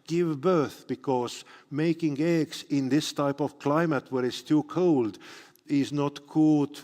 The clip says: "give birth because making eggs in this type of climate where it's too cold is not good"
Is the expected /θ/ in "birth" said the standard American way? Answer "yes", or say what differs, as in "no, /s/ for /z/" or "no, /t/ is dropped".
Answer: yes